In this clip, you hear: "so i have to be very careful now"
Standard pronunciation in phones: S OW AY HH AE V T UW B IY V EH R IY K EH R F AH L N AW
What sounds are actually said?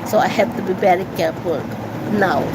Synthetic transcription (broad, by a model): S OW AY HH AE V T UW B IY B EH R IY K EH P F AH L N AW